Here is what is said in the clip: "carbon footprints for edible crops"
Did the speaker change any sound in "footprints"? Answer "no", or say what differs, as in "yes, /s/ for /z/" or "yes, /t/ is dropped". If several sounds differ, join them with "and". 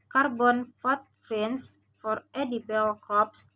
yes, /f/ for /p/